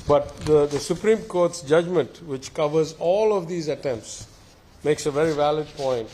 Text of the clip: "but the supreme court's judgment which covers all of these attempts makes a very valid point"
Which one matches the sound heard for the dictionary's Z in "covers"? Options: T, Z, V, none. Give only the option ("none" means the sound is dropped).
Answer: Z